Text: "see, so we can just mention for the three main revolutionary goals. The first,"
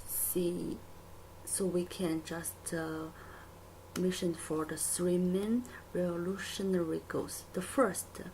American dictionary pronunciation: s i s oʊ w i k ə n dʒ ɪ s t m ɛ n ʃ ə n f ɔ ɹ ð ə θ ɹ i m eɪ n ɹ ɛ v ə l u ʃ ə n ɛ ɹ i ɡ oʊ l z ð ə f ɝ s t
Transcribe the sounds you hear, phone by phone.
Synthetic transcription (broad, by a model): s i s oʊ w i k ə n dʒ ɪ s t m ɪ ʃ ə n f ɔ ɹ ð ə s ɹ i m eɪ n ɹ ɛ v ə l u ʃ ə n ɛ ɹ i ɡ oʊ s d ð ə f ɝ s t